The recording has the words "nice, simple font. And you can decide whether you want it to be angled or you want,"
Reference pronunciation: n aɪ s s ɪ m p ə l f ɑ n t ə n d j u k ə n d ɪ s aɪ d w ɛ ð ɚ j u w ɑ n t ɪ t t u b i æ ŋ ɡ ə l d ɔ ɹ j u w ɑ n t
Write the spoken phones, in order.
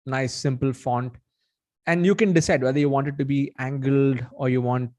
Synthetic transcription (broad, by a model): n aɪ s s ɪ m p ə l f ɑ n t ə n d j u k ə n d ɪ s aɪ d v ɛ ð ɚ j u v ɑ n t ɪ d t u b i æ ŋ ɡ ə l d ɔ ɹ j u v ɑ n t